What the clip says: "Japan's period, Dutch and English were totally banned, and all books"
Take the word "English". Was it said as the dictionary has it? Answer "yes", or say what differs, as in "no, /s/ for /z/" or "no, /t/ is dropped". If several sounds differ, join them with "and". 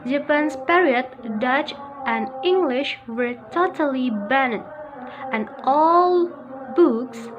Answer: yes